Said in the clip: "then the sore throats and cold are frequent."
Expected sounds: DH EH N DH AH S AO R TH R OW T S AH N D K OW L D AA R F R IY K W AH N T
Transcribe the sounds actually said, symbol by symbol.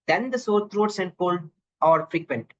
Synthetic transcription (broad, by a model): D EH N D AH S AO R T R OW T S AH N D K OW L AA R F R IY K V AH N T